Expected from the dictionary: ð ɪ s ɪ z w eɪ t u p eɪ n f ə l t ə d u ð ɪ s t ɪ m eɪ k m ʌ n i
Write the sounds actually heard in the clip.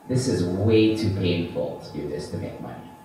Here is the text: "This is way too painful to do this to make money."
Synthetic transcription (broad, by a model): ð ɪ s ɪ z w eɪ t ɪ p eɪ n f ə l t ə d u ð ɪ s t ɪ m eɪ k m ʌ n i